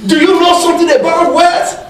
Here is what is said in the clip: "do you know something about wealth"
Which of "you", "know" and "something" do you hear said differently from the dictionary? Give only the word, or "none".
something